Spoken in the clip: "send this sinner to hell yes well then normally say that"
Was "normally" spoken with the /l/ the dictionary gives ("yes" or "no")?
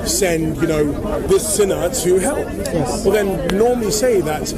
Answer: yes